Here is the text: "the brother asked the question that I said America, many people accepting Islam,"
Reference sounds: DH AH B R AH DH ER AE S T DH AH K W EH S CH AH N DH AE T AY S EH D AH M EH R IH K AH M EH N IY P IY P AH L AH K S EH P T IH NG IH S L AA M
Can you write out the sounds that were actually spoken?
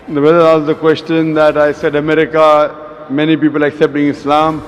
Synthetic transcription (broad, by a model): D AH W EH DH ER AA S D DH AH K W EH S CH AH N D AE T AY S EH D AH M EH R IH K AH M EH N IY P IY P AH L AH K S EH P T IH NG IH S L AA M